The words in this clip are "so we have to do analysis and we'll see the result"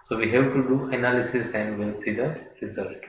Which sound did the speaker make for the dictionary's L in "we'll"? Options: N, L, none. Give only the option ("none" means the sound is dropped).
N